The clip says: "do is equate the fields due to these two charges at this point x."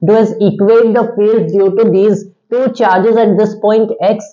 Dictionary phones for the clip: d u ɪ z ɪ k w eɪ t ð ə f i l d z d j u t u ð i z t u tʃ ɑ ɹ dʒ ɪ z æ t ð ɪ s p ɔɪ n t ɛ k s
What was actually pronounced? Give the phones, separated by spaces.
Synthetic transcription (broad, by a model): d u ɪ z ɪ k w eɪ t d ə f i l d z d j u t u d i z t u tʃ ɑ ɹ dʒ ɪ z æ t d ɪ s p ɔɪ n t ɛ k s